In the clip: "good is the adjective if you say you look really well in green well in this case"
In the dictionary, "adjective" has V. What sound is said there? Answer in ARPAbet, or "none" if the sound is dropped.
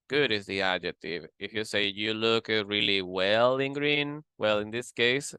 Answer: V